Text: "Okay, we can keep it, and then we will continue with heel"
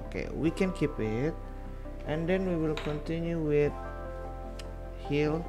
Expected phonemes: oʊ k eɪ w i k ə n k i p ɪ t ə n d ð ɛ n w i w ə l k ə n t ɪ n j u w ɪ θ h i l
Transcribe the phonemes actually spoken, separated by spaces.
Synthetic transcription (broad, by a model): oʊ k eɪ w i k ə n k i p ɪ t ə n d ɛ n w i w ə l k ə n t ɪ n j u w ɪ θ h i l